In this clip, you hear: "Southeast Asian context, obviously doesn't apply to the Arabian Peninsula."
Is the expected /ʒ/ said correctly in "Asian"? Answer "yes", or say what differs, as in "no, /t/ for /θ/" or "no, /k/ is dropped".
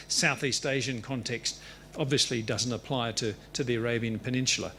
yes